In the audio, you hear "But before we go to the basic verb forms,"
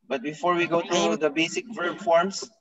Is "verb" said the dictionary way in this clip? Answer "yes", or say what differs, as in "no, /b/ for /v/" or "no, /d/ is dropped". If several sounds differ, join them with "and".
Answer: no, /f/ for /v/